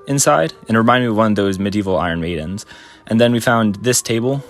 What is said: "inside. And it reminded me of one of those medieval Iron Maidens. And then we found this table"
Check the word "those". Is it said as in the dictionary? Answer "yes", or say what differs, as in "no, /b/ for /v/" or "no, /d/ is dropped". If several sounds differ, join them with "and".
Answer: yes